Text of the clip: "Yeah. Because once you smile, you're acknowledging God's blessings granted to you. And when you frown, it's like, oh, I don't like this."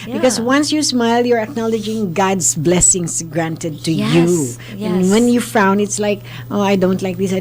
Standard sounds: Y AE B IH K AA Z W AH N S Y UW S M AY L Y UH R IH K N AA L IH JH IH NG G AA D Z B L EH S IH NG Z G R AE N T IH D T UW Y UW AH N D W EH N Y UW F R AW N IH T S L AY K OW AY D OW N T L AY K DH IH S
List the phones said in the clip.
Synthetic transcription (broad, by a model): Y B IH K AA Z W AH N S Y UW S M AY L Y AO R IH K N AA L IH JH IH NG G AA D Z B L EH S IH NG S G R AE N T IH D T UW Y UW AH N W EH N Y UW F AW N IH T S L AY K OW AY D OW N T L AY K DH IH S